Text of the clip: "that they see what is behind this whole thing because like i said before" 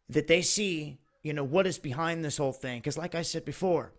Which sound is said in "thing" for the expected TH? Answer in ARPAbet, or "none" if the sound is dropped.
TH